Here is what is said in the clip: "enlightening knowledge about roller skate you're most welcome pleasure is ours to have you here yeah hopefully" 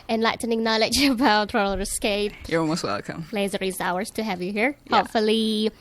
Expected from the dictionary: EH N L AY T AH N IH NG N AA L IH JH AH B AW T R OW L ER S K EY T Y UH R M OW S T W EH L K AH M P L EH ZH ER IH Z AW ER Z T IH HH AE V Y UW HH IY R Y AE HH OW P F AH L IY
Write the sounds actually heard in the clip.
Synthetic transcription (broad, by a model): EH N L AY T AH N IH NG N AA L IH JH AH B AW T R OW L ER S K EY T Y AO L M OW S T W EH L K AH M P L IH Z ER IH Z AW ER Z T IH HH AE V Y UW HH IY R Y HH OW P F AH L IY